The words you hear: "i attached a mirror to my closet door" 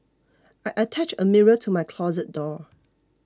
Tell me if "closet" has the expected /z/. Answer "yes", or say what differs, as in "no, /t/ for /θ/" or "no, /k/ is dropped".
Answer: yes